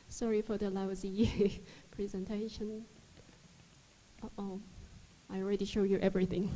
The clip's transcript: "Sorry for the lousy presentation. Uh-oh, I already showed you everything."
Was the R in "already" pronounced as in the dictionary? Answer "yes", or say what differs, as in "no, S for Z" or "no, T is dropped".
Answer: yes